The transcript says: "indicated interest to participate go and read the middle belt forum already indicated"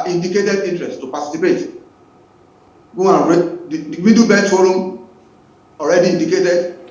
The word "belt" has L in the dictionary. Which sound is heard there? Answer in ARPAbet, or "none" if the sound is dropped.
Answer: none